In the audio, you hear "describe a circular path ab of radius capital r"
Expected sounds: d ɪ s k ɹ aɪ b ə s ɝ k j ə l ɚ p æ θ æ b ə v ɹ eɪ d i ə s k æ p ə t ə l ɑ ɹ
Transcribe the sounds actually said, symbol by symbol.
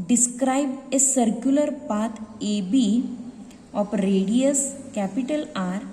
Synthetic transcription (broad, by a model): d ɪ s k ɹ aɪ b ə s ɝ k j ə l ɚ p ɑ t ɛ b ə p ɹ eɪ d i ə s k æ p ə t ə l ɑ ɹ